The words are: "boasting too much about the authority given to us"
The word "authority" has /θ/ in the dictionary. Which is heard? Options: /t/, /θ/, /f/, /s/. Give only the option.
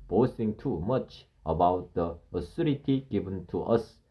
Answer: /s/